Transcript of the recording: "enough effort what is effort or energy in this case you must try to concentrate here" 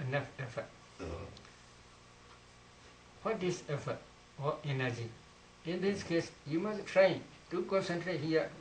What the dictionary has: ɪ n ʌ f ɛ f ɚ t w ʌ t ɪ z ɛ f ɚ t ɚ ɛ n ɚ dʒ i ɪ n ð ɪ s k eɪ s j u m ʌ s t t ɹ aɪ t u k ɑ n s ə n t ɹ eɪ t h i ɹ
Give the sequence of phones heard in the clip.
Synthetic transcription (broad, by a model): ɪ n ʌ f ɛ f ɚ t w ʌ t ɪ s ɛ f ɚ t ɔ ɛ n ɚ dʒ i ɪ n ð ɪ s k eɪ s j u m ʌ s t t ɹ aɪ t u k ɑ n s ə n t ɹ eɪ t h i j